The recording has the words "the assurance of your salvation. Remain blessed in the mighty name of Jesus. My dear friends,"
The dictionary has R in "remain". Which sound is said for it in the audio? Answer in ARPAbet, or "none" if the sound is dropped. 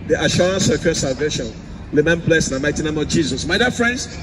L